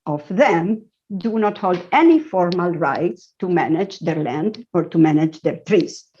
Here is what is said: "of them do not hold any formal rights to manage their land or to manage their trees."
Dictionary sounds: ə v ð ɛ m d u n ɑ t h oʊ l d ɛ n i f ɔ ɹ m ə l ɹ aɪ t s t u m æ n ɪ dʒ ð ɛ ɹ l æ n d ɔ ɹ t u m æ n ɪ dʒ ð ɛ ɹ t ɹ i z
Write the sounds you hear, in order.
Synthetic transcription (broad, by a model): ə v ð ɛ m d u n ɑ t h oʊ l d ɛ n i f ɔ ɹ m ə l ɹ aɪ t s t u m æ n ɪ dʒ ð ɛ ɹ l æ n d ɔ ɹ t u m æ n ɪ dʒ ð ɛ ɹ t ɹ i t